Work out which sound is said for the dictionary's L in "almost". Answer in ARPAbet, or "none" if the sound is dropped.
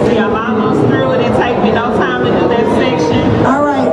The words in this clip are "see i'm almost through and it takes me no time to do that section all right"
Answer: none